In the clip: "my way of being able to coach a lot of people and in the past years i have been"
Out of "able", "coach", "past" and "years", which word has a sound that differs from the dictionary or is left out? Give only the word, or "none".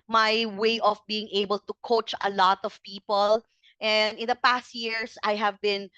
years